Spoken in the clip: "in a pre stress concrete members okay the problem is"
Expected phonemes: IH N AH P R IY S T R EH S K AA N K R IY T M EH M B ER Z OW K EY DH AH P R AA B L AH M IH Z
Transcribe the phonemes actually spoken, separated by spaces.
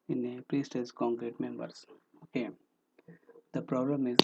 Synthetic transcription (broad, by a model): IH N AH P R IY S T EH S K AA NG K R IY T M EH M B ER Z OW K EY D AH P R AA B L AH M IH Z